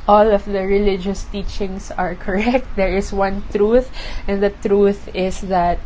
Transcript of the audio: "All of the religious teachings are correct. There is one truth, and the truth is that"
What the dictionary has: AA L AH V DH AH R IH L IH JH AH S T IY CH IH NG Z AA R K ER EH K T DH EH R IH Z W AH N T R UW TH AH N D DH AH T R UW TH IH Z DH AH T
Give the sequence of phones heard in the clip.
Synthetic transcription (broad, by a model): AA L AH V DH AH R IH L IH JH AH S T IY CH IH NG S AA R K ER EH K T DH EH R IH S W AH N T R UW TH AH N D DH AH T R UW TH IH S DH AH T